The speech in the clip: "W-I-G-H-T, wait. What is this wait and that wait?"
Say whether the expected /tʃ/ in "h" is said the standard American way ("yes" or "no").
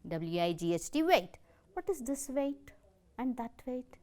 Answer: no